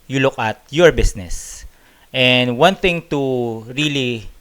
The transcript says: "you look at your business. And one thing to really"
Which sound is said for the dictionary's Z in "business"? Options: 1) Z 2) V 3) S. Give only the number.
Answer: 3